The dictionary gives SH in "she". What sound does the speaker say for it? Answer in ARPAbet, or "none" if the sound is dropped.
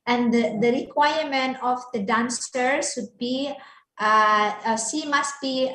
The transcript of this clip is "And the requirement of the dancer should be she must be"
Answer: S